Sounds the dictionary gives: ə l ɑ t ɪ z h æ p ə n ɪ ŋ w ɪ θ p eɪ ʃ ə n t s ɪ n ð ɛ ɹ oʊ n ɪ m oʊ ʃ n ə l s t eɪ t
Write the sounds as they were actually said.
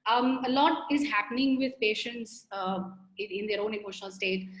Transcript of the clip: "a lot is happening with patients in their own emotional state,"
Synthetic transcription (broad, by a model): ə l ɑ t ɪ z h æ p ə n ɪ ŋ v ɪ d p eɪ ʃ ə n t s ɪ n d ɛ ɹ oʊ n ɪ m oʊ ʃ n ə l s t eɪ t